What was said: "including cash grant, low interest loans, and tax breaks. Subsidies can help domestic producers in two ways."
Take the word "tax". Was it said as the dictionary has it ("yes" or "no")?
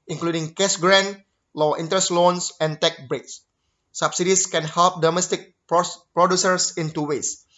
no